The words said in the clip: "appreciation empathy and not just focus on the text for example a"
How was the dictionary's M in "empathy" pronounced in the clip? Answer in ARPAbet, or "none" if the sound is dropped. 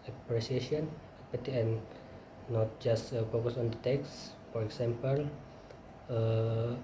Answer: none